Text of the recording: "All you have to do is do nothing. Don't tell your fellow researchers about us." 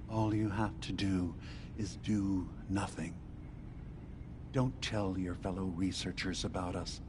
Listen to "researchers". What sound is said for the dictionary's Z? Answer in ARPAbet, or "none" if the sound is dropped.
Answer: Z